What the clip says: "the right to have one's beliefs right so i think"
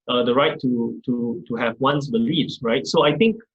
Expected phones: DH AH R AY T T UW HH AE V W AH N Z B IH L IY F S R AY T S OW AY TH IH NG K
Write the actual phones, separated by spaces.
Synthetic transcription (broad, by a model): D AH R AY T T UW HH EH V W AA N S B IH L IY F S R AY T S OW AY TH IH NG K